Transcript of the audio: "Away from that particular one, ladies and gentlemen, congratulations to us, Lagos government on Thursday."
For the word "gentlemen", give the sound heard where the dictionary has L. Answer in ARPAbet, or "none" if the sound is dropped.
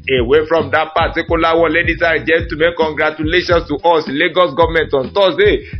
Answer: none